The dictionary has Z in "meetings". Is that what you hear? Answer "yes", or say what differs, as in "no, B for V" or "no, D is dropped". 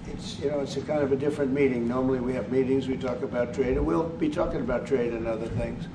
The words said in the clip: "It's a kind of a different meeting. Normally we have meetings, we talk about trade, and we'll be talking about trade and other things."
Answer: yes